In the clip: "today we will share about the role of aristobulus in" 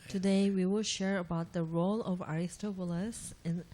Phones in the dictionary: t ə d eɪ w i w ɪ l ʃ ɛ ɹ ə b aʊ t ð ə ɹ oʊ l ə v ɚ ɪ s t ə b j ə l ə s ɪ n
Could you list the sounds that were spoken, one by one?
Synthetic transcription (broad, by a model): t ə d eɪ w i w ɪ l ʃ ɛ ɹ ə b aʊ t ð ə ɹ oʊ l ə v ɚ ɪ s t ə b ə l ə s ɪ n